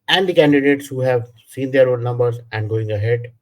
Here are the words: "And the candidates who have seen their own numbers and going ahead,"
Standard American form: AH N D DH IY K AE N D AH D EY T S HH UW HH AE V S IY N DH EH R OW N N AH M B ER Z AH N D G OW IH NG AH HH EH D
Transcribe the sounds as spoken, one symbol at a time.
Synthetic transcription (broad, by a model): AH N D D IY K AE N D AH D EY T S HH UW HH AE V S IY N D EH R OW L N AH M B ER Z AH N D G OW IH NG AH HH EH D